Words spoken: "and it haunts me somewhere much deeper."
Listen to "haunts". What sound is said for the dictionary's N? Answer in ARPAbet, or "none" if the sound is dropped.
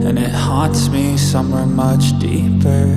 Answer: none